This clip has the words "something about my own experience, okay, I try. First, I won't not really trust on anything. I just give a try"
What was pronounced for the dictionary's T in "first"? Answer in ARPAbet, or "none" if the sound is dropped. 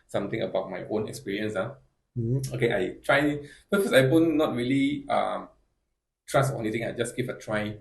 none